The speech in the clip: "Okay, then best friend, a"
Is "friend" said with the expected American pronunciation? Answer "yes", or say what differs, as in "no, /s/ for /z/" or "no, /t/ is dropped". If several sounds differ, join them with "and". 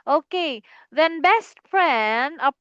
no, /p/ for /f/ and /d/ is dropped